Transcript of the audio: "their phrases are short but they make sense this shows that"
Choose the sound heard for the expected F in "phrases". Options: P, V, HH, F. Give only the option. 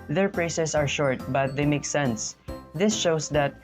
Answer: P